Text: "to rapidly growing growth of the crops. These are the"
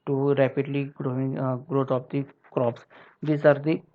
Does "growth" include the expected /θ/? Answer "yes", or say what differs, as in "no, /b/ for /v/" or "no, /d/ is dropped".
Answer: no, /t/ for /θ/